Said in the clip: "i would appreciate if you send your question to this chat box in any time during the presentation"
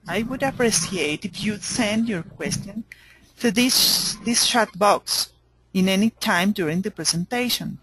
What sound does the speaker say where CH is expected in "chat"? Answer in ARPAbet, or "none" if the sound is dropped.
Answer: SH